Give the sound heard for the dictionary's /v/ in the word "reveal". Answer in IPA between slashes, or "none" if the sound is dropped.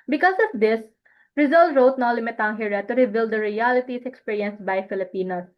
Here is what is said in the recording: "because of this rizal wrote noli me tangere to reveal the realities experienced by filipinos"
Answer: /b/